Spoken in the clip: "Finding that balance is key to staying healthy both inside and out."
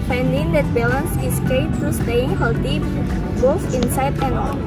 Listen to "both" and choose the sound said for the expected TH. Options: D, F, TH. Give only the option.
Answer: F